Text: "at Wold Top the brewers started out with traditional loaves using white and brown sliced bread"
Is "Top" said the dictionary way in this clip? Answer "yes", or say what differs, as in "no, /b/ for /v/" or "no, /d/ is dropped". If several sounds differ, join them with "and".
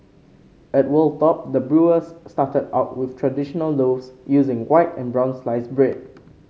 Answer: yes